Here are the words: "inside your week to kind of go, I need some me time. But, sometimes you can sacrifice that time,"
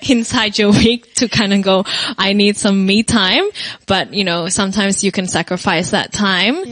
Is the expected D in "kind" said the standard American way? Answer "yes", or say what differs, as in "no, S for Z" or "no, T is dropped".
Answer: yes